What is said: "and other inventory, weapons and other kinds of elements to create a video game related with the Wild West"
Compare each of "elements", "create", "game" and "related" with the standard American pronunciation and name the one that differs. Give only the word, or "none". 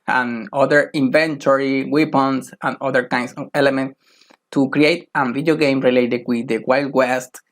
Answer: elements